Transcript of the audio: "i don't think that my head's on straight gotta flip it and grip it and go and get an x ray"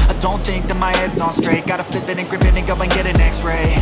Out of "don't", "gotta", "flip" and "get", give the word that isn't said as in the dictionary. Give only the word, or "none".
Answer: flip